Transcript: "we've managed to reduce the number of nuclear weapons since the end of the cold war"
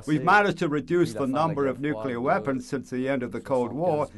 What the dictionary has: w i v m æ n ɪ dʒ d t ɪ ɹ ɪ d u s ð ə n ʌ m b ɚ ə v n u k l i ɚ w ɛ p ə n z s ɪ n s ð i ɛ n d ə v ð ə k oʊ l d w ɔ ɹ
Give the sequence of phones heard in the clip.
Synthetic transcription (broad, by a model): w i v m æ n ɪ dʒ t ɪ ɹ ɪ d u s ð ə n ʌ m b ɚ ə v n u k l i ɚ w ɛ p ə n z s ɪ n s ð i ɛ n d ə v ð ə k oʊ l d w ɔ ɹ